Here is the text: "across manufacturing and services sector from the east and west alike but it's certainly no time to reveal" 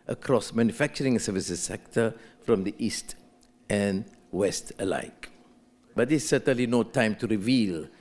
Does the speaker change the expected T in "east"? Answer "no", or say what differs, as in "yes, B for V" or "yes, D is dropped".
no